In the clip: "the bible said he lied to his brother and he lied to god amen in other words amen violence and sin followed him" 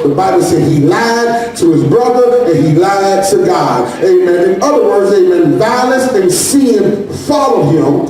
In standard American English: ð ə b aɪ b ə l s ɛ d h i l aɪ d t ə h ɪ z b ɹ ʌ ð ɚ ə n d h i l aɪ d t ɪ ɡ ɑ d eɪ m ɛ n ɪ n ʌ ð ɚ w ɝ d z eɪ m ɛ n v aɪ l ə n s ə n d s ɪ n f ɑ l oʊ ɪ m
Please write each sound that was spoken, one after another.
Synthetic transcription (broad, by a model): ð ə b aɪ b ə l s ɛ d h i l aɪ d t ə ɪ z b ɹ ʌ ð ɚ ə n i l aɪ d t ɪ ɡ ɑ d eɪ m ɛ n ɪ n ʌ ð ɚ w ɝ d z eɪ m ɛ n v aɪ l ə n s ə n s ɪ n f ɑ l oʊ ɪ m